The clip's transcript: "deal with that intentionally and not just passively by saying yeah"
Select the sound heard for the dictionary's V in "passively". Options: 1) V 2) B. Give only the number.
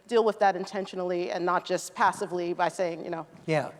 1